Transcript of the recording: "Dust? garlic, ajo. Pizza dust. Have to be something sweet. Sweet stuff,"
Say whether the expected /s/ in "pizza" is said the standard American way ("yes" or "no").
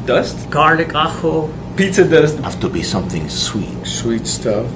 no